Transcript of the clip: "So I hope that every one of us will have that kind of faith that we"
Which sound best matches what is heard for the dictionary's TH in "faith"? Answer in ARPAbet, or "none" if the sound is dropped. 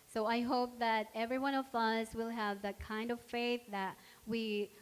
TH